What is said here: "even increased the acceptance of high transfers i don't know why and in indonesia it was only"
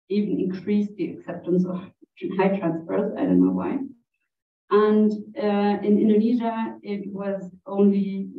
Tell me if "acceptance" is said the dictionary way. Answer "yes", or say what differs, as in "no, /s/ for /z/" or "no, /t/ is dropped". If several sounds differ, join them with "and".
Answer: yes